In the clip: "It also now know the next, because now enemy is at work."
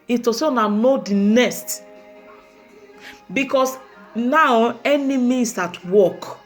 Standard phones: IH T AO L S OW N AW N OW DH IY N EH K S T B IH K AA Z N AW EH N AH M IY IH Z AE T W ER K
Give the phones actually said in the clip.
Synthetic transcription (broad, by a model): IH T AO S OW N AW N OW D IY N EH S T B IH K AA S N AW EH N AH M IY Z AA T W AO K